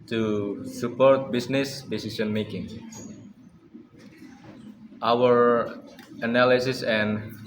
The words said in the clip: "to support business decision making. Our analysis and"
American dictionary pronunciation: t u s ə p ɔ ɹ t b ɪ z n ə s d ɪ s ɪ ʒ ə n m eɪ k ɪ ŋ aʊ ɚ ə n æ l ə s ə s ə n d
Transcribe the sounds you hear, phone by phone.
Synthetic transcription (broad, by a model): t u s ə p ɔ ɹ t b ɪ s n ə s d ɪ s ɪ s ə n m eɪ k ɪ ŋ aʊ ɚ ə n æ l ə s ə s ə n